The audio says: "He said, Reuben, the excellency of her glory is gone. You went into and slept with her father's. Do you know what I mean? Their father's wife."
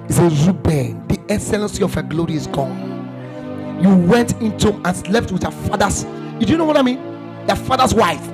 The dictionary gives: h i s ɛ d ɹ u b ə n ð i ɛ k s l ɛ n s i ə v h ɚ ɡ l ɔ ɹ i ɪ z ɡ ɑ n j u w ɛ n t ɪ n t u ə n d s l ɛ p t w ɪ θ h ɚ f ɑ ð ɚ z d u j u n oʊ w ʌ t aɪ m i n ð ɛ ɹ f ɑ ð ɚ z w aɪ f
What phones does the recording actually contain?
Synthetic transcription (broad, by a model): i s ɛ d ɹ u b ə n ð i ɛ k s l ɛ n s i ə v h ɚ ɡ l ɔ ɹ i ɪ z ɡ ɑ n j u w ɛ n t ɪ n t u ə n s l ɛ p t w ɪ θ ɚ f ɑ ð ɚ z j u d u n oʊ w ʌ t aɪ m i n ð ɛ f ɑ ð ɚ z w aɪ f